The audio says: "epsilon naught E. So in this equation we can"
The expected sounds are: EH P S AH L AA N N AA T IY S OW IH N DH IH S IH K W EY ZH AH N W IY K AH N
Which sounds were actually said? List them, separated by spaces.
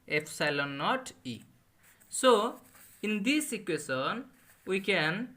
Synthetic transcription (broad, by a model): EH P S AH L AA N N AA T IY S OW IH N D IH S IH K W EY S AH N W IY K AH N